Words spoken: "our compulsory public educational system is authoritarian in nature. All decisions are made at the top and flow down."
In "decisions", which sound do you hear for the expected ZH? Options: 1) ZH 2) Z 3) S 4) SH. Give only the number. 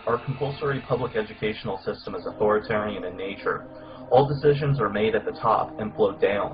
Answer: 1